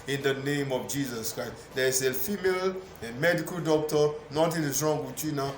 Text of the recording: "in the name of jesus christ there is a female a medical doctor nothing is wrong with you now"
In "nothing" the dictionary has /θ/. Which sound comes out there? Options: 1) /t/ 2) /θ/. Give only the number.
1